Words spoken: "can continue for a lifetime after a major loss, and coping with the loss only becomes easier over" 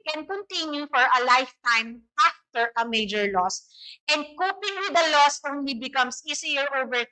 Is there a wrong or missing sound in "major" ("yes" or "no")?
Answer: no